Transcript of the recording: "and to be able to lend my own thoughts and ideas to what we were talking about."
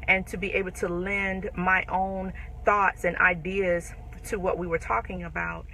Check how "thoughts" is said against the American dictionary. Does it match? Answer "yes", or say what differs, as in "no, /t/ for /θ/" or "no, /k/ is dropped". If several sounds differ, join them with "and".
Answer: yes